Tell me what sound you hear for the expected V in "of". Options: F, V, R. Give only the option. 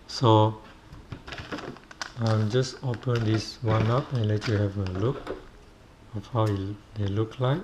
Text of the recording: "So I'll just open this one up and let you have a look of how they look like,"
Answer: F